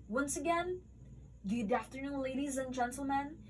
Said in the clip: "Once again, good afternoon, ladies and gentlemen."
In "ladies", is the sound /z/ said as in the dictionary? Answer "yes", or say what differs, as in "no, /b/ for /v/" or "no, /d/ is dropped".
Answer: yes